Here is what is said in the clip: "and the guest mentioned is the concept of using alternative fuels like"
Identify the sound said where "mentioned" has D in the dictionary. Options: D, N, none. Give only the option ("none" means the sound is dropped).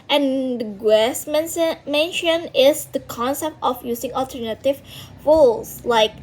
none